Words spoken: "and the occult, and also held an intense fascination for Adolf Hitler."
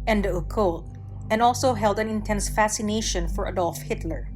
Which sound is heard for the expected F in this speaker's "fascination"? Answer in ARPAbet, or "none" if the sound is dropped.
F